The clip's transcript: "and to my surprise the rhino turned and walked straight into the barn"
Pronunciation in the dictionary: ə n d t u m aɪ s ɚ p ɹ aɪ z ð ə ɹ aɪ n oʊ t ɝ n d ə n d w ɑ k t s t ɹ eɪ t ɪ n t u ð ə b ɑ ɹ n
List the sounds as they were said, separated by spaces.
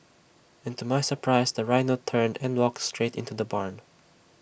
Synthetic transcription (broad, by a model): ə n t u m aɪ s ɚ p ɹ aɪ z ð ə ɹ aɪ n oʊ t ɝ n d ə n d w ɑ k t s t ɹ eɪ t ɪ n t u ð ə b ɑ ɹ n